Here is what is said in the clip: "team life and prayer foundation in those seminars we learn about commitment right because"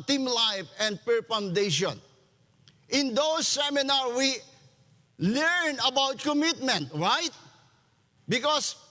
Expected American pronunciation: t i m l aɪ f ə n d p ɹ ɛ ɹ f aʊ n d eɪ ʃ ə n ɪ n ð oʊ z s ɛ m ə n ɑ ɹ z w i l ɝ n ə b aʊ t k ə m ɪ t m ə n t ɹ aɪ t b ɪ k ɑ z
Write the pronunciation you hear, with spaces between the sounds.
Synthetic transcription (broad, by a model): t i m l aɪ f ə n d p ɛ ɹ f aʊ n d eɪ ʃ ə n ɪ n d oʊ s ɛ m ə n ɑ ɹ w i l ɝ n ə b aʊ t k ə m ɪ t m ə n t ɹ aɪ t b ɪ k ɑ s